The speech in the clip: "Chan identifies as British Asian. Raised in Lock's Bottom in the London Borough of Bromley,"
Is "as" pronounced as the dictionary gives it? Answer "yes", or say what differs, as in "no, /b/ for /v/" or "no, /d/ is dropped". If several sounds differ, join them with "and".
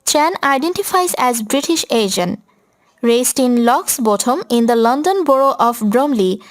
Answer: yes